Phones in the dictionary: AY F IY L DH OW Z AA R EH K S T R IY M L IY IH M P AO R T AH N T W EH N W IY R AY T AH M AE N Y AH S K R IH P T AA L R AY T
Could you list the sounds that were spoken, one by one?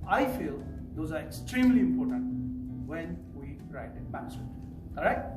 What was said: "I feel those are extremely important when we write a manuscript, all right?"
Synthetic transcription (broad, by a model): AY F IY L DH OW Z AA R EH K S T R IY M L IY IH M P AO R T AH N T W EH N W IY R AY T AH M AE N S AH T K AO T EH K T